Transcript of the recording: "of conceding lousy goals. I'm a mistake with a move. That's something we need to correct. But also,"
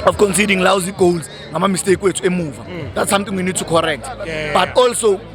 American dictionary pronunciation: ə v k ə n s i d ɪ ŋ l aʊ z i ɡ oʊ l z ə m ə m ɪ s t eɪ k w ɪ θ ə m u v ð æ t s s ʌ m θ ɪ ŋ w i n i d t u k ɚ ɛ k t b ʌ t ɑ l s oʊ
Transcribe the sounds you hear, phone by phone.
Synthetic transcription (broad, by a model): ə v k ə n s i d ɪ ŋ l aʊ z i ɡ oʊ l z ə m ə m ɪ s t eɪ k w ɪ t ə m u v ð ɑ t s s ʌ m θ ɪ ŋ w i n i d t u k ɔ ɛ k t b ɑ t ɑ l s oʊ